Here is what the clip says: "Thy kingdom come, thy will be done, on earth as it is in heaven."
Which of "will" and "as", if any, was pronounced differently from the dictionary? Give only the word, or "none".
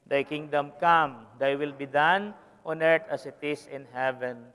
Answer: as